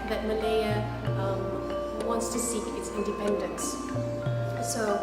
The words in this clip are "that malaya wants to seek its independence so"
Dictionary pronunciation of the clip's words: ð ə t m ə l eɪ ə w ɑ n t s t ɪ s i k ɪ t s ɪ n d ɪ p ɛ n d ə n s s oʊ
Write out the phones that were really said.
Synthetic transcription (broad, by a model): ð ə t m ə l eɪ ə w ɑ n t s t ɪ s i k ɪ t s ɪ n d ɪ p ɛ n d ə n s s oʊ